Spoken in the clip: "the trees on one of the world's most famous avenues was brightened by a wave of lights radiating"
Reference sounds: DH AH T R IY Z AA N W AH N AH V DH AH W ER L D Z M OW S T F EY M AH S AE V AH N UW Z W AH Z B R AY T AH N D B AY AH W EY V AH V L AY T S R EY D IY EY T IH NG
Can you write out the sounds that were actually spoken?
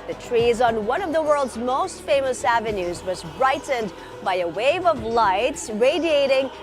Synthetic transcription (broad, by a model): DH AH T R IY Z N W AH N AH V DH AH W ER L D Z M OW S T F EY M AH S AE V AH N UW Z W AH Z B R AY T N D B AY AH W EY V AH V L AY T S R EY D IY EY T IH NG